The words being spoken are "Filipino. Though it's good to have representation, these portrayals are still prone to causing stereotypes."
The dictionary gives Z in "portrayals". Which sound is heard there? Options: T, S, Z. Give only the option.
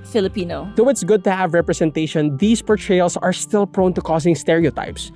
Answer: S